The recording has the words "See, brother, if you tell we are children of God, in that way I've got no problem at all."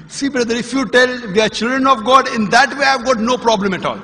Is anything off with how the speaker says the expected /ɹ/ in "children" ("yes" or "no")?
no